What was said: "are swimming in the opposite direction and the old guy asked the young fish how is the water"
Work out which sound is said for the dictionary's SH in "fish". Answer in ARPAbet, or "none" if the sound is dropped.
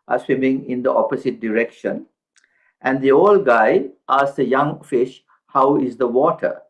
SH